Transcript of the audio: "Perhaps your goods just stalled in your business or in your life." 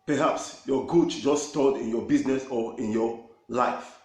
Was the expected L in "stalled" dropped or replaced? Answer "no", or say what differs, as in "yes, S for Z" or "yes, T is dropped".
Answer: yes, L is dropped